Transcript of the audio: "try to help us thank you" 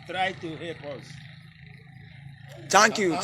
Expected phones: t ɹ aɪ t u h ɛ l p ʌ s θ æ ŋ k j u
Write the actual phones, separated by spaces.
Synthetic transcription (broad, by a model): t ɹ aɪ t u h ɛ p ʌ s t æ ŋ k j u